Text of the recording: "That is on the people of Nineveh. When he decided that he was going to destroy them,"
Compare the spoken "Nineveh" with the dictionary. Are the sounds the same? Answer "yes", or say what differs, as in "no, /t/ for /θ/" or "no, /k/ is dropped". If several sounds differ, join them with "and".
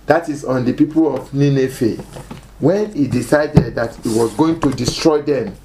no, /f/ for /v/